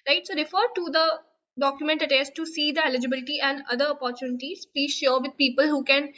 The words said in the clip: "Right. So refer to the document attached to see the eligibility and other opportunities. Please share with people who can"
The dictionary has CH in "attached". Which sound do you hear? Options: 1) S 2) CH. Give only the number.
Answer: 1